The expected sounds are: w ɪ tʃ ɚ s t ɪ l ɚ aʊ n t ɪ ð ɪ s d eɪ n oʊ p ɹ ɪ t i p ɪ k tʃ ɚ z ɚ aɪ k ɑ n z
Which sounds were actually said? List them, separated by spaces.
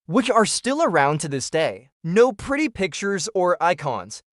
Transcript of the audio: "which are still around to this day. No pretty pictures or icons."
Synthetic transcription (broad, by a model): w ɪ tʃ ɚ s t ɪ l ɚ aʊ n t ɪ ð ɪ s d eɪ n oʊ p ɹ ɪ t i p ɪ k tʃ ɚ z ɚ aɪ k ɑ n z